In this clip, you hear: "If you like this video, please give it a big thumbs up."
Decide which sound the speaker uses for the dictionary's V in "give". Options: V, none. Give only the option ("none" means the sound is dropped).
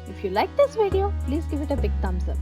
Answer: V